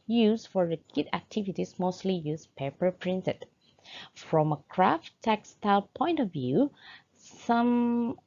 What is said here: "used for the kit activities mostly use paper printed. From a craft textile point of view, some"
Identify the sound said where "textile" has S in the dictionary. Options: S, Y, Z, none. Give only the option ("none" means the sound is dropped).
S